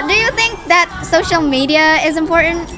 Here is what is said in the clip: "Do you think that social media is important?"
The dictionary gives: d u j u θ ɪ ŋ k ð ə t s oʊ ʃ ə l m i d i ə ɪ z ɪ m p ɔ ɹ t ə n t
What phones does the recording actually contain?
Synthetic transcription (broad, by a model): d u j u θ ɪ ŋ k ð ə t s oʊ ʃ ə l m i d i ə ɪ z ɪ m p ɔ ɹ t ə n t